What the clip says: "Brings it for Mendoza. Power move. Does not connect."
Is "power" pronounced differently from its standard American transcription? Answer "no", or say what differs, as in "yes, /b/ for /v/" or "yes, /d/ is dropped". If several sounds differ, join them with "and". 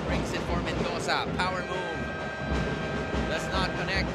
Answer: no